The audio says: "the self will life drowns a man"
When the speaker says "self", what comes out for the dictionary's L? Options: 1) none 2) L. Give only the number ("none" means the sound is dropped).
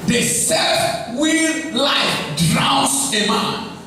1